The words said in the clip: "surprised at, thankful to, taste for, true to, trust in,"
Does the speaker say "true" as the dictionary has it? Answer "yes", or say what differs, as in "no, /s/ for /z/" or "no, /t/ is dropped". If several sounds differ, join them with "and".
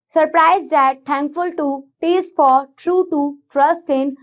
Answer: yes